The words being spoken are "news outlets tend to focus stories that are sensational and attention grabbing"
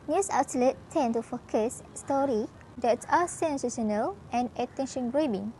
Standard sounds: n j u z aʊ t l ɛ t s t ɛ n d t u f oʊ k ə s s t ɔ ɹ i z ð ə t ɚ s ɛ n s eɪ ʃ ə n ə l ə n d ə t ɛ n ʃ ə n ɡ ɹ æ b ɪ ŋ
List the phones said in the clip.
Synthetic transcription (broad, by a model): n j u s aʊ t l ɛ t t ɛ n t u f oʊ k ə s s t ɔ ɹ i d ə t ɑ s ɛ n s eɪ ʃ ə n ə l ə n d ə t ɛ n ʃ ə n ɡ ɹ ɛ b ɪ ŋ